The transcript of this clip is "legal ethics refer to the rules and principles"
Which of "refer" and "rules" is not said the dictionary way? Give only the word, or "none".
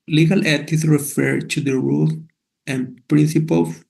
rules